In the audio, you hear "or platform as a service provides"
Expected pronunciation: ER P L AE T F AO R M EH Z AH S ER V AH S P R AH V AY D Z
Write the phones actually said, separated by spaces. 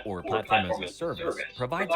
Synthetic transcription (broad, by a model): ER P L AE T F AO R M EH AH S ER V AH S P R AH V AY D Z